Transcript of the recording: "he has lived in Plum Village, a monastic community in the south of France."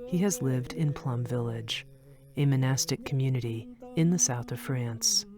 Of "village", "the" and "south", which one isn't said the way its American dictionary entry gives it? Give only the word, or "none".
none